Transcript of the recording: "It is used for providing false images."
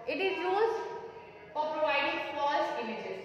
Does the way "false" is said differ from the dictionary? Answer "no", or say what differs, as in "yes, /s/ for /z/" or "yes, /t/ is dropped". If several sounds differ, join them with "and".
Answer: yes, /l/ is dropped